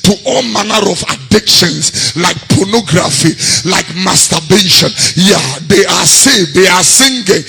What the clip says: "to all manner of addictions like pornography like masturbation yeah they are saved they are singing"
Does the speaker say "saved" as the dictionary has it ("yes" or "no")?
no